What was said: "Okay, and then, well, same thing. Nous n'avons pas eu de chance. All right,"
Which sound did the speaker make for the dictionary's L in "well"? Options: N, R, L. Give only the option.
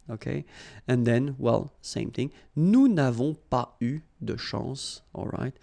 L